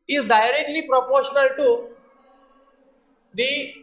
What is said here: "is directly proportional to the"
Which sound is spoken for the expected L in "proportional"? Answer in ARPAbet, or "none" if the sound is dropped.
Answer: L